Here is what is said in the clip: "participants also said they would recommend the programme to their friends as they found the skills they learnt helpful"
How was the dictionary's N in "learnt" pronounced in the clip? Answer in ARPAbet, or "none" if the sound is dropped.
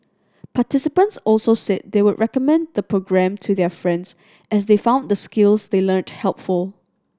N